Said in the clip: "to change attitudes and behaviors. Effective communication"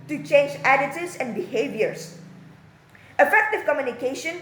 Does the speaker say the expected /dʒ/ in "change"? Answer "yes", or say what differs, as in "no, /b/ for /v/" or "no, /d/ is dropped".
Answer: yes